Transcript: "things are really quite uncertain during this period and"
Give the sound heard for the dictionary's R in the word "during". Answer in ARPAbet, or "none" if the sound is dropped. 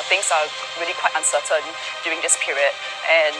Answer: none